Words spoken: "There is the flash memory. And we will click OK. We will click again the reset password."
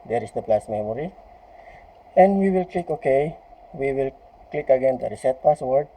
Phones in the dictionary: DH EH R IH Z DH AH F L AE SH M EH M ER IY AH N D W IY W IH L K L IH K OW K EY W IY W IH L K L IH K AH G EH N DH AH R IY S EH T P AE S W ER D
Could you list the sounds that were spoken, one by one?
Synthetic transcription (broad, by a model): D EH R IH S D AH P L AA S M EH M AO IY AH N D W IY W IH L K L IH K OW K EY W IY W IH L K L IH K AH G EH N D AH R IY S EH T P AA S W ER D